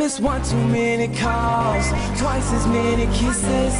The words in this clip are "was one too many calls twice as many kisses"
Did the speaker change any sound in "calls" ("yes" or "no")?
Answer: yes